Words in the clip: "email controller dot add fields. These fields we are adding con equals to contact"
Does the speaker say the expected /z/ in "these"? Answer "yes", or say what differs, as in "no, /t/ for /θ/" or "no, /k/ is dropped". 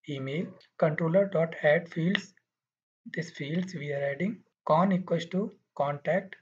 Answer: no, /s/ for /z/